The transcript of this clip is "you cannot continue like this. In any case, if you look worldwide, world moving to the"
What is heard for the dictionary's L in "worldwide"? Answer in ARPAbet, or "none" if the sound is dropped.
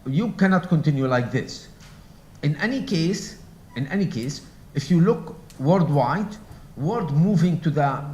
none